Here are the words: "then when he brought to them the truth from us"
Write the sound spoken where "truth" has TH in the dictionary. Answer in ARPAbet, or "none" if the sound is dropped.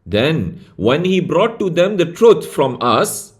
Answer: T